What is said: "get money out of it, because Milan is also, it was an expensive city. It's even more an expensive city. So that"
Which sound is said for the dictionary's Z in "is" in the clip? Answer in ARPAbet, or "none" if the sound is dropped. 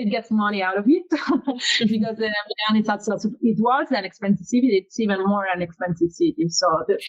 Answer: S